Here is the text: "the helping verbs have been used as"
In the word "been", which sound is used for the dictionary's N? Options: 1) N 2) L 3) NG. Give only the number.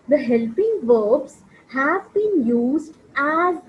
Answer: 1